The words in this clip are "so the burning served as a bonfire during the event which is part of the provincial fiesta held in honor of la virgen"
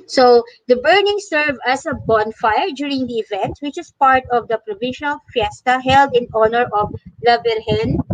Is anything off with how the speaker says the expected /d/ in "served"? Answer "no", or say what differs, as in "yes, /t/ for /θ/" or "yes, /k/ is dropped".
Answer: yes, /d/ is dropped